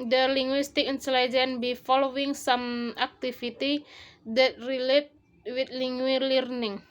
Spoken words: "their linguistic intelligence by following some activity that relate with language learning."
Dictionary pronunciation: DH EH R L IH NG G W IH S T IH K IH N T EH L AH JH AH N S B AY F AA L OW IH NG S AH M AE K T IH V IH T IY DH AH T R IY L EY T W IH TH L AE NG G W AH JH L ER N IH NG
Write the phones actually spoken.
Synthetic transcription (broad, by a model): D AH L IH NG G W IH S T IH K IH N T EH L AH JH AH N B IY F AA L OW IH NG S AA M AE K T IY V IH T IY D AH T R IY L EY T W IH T L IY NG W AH L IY N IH NG